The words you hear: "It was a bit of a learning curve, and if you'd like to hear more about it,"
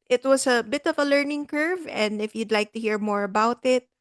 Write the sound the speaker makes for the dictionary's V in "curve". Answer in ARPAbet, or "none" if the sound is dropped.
V